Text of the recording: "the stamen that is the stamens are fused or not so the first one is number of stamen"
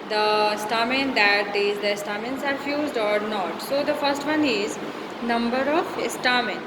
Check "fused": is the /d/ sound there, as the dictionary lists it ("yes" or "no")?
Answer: yes